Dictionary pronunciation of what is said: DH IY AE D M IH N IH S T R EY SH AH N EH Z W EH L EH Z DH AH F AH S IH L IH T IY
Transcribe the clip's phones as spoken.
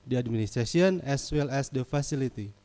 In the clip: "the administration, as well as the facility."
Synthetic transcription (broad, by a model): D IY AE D M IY N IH S T R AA S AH N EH S W EH L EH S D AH F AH S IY L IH T IY